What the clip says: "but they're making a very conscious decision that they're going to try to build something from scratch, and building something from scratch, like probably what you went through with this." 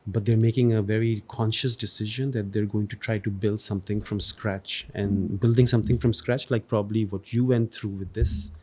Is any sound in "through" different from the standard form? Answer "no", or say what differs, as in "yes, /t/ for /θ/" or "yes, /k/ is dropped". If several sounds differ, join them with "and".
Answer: yes, /t/ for /θ/